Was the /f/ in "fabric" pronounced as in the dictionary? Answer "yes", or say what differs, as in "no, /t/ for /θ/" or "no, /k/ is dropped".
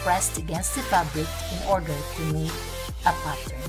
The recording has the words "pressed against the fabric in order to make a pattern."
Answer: no, /p/ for /f/